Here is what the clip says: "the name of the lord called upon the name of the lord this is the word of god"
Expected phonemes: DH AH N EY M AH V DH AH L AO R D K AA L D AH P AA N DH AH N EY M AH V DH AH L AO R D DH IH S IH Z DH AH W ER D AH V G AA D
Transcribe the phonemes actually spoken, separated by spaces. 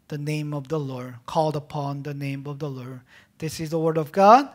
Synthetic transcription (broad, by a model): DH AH N EY M AH V DH AH L AO R D K AA L D AH P AA N DH AH N EY M AH V DH AH L AO R D DH IH S IH Z DH AH W ER D AH V G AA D